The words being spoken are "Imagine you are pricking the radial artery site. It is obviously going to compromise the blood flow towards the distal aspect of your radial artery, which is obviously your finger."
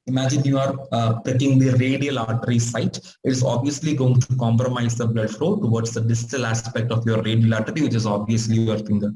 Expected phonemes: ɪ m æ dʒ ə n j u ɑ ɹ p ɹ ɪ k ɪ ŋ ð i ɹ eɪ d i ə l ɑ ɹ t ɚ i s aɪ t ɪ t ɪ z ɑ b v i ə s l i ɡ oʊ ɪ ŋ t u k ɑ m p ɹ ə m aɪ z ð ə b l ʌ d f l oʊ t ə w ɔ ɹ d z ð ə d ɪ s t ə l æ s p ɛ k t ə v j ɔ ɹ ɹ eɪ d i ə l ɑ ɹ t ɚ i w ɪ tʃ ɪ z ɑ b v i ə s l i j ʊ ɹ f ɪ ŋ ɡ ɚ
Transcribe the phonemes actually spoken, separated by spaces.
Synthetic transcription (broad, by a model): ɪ m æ dʒ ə n j u ɑ ɹ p ɪ k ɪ ŋ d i ɹ eɪ d i ə l ɑ ɹ t ɚ i s aɪ t ɪ t ɪ z ɑ b v i ə s l i ɡ oʊ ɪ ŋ t u k ɑ m p ɹ ə m aɪ z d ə b l ʌ d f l oʊ t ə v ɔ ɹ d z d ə d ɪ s t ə l æ s p ɛ k t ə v j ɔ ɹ ɹ eɪ d i ə l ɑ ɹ t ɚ i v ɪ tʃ ɪ z ɑ b v i ə s l i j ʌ ɹ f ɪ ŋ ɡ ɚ